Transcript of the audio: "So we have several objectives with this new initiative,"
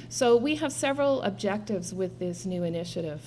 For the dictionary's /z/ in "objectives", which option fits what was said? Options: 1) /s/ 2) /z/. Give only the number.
2